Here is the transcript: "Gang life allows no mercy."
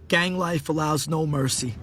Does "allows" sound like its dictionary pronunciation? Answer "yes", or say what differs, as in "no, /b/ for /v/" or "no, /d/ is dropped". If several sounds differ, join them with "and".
yes